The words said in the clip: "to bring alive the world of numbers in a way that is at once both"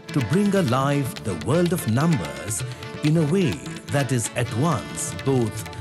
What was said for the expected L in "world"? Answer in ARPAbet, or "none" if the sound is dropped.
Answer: L